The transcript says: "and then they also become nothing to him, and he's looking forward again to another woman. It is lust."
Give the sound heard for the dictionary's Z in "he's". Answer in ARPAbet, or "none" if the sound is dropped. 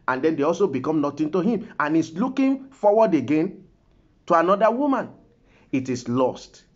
S